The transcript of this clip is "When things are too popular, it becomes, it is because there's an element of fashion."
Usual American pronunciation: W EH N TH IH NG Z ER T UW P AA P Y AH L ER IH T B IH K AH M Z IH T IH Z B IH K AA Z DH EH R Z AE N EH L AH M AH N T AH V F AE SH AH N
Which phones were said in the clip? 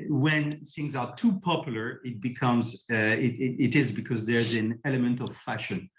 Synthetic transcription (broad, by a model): W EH N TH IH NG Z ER T UW P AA P Y L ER IH T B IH K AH M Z IH T IH Z B IH K AA Z DH EH R Z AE N EH L AH M AH N T AH V F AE SH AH N